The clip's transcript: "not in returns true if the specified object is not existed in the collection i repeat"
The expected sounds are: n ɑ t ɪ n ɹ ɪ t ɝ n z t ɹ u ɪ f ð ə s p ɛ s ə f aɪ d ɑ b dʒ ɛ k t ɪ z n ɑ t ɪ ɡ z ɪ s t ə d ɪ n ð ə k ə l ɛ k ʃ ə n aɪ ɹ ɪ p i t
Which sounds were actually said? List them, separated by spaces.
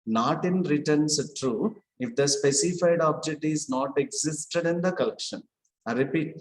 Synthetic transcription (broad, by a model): n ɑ t ɪ n ɹ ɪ t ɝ n s t ɹ u ɪ f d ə s p ɛ s ə f aɪ d ɑ b dʒ ɛ k t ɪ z n ɑ t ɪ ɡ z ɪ s t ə d ɪ n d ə k ə l ɛ k ʃ ə n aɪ ɹ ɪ p i t